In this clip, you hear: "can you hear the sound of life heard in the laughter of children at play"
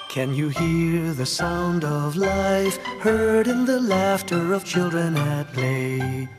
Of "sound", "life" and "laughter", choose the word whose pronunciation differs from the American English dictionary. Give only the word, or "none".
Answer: none